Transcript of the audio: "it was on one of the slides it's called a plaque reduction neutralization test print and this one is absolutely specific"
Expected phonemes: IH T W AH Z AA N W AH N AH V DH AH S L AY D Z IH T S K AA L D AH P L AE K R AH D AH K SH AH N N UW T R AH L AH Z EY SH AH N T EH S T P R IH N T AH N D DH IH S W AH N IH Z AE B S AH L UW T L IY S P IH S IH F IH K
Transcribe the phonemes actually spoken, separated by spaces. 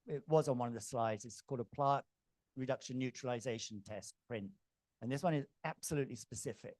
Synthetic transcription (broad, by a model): IH T W AH Z N W AH N AH V DH AH S L AY D Z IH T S K AA L D AH P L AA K R AH D AH K SH AH N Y UW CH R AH L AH Z EY SH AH N T EH S T P R IH N T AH N DH IH S W AH N IH Z AE B S AH L UW T L IY S P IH S IH F IH K